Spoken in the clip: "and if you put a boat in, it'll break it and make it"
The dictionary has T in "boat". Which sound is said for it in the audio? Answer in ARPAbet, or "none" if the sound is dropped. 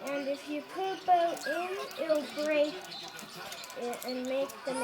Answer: none